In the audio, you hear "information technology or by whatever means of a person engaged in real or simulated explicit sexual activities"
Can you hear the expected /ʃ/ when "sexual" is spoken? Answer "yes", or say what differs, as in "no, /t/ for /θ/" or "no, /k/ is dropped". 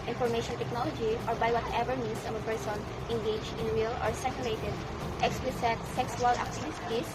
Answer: no, /s/ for /ʃ/